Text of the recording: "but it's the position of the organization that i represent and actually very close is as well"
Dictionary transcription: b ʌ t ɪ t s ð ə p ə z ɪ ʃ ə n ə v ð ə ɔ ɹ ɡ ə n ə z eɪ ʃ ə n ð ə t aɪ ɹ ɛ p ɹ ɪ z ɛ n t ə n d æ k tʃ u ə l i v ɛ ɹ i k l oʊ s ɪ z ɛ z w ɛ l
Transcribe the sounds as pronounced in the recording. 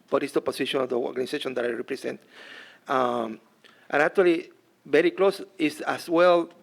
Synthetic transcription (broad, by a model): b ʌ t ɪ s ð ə p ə s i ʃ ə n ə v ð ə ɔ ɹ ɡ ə n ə s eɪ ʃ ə n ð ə t aɪ ɹ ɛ p ɹ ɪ s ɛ n t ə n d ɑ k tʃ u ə l i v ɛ ɹ i k l oʊ s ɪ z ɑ s w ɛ l